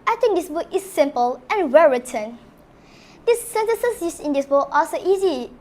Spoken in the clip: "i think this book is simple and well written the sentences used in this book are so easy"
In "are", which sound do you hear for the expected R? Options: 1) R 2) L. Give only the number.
2